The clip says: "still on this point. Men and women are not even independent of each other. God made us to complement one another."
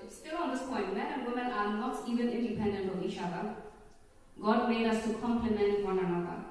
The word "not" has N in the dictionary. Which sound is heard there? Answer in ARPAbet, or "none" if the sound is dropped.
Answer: L